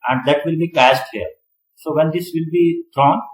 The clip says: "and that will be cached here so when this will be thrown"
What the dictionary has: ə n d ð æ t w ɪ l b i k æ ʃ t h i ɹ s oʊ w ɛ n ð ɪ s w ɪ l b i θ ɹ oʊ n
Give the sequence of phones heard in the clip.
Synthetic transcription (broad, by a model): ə n d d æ t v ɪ l b i k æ s t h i ɹ s oʊ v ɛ n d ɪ s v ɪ l b i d ɹ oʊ n